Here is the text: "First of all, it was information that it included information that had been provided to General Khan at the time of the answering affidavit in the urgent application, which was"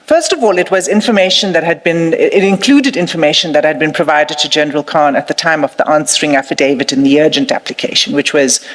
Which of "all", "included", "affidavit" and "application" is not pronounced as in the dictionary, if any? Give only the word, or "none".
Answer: none